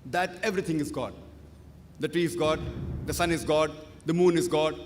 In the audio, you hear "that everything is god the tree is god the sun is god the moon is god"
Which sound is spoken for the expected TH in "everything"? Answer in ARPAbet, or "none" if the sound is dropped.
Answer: T